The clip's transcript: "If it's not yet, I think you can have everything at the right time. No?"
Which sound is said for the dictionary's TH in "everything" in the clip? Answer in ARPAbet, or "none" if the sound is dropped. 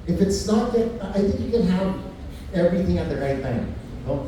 TH